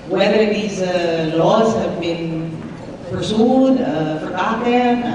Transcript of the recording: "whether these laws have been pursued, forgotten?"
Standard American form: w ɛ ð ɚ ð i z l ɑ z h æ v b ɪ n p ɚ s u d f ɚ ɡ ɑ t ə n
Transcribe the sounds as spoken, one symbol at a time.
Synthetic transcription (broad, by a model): w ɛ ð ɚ ð i z l ɑ z h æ v b ɪ n p ɚ s u d f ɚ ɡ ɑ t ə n